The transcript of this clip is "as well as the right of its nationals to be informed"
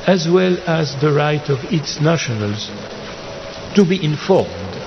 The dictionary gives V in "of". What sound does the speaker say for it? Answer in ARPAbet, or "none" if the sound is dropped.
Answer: V